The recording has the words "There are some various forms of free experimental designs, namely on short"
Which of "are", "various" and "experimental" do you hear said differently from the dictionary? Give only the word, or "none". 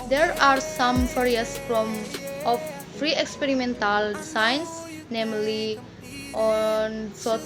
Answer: various